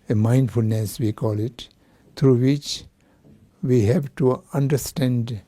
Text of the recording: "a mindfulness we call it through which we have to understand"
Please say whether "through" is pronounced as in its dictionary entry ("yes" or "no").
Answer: no